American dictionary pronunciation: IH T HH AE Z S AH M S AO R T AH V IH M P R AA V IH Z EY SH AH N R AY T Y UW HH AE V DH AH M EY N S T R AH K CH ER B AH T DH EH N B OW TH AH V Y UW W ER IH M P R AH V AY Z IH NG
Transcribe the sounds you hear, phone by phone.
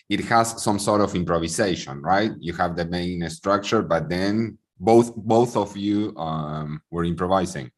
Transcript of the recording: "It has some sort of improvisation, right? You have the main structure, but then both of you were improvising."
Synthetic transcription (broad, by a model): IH T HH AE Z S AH M S AO R T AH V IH M P R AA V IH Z EY SH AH N R AY T Y UW HH AE V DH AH M EY N S T R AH K CH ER B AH T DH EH N B OW TH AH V Y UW W ER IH M P R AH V AY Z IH NG